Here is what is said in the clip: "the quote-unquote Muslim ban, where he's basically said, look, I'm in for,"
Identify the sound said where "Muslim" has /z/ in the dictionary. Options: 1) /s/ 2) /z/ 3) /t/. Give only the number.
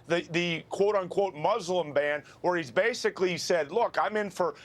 2